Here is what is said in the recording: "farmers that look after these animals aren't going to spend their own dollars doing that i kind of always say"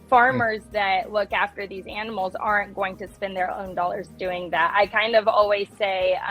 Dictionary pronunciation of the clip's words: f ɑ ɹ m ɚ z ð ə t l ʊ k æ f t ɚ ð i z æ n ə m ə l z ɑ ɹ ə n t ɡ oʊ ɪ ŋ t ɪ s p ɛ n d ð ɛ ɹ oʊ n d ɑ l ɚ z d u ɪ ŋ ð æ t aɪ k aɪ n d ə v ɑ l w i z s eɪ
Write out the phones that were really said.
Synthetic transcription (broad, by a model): f ɑ ɹ m ɚ z ð ə t l ʊ k æ f t ɚ ð i z æ n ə m l z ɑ ɹ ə n ɡ oʊ ɪ ŋ t ɪ s p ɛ n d ð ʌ ɹ oʊ n d ɑ l ɚ z d u ɪ ŋ ð æ t aɪ k aɪ n d ə v ɑ l w i z s eɪ